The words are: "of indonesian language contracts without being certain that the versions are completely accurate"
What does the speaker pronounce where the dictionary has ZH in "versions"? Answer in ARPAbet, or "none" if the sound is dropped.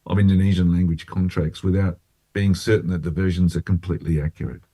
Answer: ZH